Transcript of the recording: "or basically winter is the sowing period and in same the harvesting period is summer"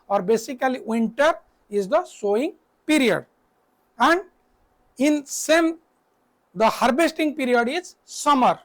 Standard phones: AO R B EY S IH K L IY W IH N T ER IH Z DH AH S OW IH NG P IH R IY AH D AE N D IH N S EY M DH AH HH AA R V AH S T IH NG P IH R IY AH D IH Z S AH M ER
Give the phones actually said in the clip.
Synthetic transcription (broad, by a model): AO R B EY S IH K L IY W IH N T ER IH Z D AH S OW IH NG P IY R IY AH D AE N D IH N S EY M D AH HH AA R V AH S T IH NG P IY R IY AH D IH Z S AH M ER